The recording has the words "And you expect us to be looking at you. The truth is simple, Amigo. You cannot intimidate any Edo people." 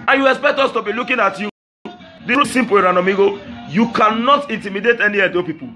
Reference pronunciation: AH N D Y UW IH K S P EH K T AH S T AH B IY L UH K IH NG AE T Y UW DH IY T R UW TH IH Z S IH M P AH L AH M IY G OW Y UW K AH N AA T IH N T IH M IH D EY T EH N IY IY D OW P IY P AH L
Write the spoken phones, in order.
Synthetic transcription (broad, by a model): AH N Y UW IH K S P EH K T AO S T AH B IY L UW K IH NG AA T Y UW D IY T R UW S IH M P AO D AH N AH M IY G OW Y UW K AH N AA T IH N T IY M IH D EY T EH N IY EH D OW P IY P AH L